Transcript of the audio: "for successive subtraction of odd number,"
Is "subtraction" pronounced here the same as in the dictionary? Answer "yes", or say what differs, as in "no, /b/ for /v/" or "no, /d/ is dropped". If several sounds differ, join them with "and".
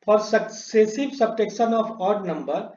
no, /ɹ/ is dropped